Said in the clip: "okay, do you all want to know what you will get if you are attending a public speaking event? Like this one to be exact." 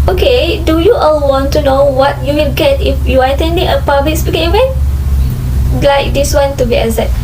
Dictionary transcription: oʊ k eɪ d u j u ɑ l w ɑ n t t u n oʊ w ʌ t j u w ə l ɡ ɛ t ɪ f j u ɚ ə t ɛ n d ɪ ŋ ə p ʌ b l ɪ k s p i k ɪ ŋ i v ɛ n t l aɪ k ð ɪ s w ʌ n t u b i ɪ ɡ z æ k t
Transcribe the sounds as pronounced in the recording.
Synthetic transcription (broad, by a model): oʊ k eɪ d u j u ɑ l w ɑ n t t u n oʊ w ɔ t j u w ə l ɡ ɛ t ɪ f j u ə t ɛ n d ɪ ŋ ə p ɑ b l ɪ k s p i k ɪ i w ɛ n l aɪ k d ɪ s w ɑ n t u b i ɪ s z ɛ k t